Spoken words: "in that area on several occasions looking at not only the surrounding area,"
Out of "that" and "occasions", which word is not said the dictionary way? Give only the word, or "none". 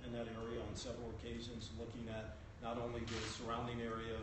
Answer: none